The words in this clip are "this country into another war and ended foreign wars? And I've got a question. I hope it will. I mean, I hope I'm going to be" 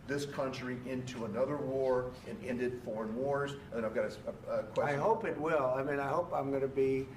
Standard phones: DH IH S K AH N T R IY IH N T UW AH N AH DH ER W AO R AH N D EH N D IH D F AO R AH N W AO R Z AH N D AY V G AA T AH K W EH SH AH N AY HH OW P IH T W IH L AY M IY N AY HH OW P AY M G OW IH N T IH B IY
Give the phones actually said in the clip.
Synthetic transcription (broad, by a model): DH IH S K AH N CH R IY IH N T UW AH N AH DH ER W AO R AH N EH N D IH D F AO R AH N W AO R Z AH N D AY V G AA T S K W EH AH IH HH OW P IH T W IH L AY M IY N AY HH OW P AY M G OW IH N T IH B IY